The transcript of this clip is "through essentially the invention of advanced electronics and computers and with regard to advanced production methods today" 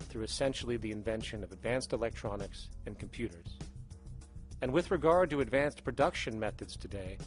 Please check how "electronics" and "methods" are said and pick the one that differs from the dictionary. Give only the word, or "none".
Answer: none